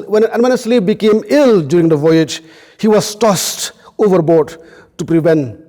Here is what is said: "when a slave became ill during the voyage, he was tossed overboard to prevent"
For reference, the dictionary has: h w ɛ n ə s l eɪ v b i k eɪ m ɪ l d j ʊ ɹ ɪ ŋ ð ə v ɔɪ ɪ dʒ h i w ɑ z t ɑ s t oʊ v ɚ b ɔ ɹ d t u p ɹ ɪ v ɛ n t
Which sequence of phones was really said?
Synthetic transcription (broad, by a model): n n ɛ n ə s l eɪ p b i k eɪ m ɪ l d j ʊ ɹ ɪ ŋ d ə v ɔɪ ɪ dʒ h i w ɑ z t ɑ s t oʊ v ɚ b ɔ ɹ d t u p ɹ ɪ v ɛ n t